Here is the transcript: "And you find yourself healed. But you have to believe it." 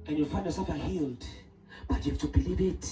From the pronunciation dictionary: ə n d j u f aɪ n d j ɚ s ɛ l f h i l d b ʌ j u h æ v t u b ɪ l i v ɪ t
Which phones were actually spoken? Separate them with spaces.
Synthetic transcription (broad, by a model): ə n j u f aɪ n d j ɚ s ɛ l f h i l d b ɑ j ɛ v t u b ɪ l i v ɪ t